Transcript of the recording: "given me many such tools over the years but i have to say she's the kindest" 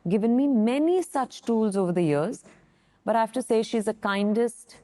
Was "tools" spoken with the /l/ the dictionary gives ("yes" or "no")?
yes